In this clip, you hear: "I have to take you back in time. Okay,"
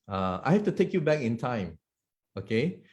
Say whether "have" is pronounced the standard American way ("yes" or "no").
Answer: no